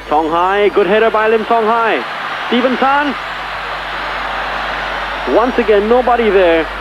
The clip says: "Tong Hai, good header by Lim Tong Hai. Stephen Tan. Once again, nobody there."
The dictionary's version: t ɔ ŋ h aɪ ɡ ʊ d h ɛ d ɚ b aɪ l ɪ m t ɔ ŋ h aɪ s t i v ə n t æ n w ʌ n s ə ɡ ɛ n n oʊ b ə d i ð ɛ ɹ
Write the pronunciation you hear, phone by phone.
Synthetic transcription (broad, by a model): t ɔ ŋ h aɪ ɡ ʊ d h ɛ d ɚ b aɪ l ɪ m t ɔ ŋ h aɪ s t i v ə n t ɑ n w ʌ n s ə ɡ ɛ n n oʊ b ə d i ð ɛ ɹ